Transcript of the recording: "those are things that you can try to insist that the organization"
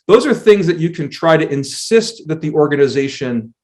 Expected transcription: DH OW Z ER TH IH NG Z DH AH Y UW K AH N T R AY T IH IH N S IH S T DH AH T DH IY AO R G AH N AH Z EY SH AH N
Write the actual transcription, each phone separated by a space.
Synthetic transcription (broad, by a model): DH OW Z ER TH IH NG Z DH AH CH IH K AH N T R AY T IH IH N S IH S T DH AH T DH IY AO R G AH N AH Z EY SH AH N